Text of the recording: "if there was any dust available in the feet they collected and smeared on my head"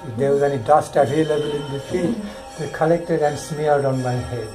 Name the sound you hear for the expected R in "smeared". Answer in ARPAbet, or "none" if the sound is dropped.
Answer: L